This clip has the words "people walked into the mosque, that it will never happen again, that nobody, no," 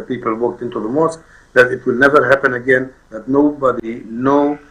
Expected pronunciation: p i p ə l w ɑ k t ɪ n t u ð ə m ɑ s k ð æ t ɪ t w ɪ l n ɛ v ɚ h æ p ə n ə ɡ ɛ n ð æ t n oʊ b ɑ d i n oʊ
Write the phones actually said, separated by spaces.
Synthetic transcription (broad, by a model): p i p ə l w ɑ k t ɪ n t u ð ə m ɑ s k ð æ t ɪ t w ɪ l n ɛ v ɚ h æ p ə n ə ɡ ɛ n ð æ t n oʊ b ɑ d i n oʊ